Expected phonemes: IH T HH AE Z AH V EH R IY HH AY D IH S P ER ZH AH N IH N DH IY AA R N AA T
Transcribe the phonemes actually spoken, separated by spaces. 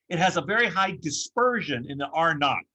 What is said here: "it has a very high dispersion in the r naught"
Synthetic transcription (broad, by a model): IH T HH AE Z AH V EH R IY HH AY D IH S P ER ZH AH N IH N DH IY AA R N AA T